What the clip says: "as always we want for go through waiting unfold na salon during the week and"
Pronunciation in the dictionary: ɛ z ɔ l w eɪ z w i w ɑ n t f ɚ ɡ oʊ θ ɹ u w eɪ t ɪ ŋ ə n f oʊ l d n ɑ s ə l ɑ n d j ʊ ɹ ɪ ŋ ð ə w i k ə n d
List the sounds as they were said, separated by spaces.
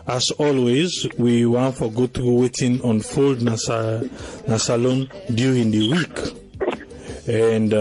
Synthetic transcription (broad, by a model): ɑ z ɔ l w eɪ z w i w ɑ n t f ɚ ɡ oʊ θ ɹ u w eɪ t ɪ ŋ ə n f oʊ l d n ɑ s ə l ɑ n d j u ɹ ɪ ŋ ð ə w i k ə n d